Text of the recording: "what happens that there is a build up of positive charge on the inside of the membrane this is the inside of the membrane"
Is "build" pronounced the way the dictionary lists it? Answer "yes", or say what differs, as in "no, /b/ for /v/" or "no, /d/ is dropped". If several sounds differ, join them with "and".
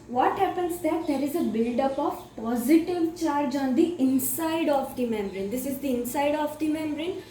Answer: yes